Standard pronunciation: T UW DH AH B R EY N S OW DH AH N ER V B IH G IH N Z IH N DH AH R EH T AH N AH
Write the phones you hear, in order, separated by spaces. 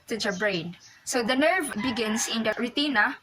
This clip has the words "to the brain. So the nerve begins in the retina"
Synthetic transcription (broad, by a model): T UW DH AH B R EY N S OW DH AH N ER V B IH G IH N S IH N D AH R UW T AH N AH